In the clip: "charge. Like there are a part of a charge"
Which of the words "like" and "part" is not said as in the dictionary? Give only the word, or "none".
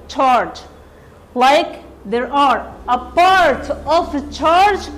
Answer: none